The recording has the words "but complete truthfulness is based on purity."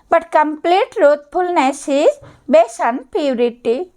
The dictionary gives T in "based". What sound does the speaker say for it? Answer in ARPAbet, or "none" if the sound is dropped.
none